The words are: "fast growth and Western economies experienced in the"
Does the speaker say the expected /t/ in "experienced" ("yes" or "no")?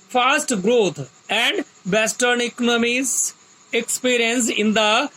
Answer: no